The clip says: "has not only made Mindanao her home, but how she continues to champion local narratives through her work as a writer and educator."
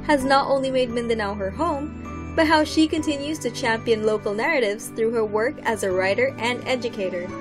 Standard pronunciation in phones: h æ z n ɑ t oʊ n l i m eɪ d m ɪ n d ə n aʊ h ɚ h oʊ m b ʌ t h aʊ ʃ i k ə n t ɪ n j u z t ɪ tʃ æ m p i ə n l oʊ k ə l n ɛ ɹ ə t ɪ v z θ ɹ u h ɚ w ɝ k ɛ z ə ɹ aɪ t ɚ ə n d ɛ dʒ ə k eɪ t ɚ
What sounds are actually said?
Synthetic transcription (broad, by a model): h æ z n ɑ t oʊ n l i m eɪ d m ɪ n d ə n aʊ h ɚ h oʊ m b ʌ t h aʊ ʃ i k ə n t ɪ n j u z t ɪ tʃ æ m p i ə n l oʊ k l n ɛ ɹ ə t ɪ v z θ ɹ u h ɚ w ɝ k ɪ z ə ɹ aɪ t ɚ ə n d ɛ dʒ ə k eɪ t ɚ